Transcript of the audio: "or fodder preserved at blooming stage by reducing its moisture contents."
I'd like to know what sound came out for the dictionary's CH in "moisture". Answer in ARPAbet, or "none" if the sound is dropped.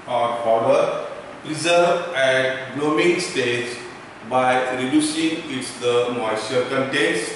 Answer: none